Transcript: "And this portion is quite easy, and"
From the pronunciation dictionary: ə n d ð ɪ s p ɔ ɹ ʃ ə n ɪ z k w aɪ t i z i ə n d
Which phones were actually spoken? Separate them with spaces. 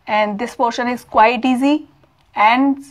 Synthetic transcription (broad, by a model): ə n d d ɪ s p ɔ ɹ ʃ ə n ɪ z k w aɪ t i z i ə n d